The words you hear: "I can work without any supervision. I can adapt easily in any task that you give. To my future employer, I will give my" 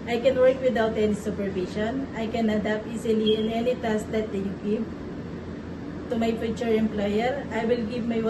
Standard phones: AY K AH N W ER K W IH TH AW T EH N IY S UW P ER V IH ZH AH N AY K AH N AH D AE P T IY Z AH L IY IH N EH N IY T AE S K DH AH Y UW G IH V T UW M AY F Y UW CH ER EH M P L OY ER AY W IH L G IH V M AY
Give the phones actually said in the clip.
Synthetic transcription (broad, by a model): AY K AH N W ER K W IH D AW T EH N IY S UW P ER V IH SH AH N AY K AH N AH D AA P T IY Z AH L IY IH N EH N IY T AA S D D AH Y UW G IH V T UW M AY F Y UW CH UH EH M P L OY ER AY W IH L G IH V M AY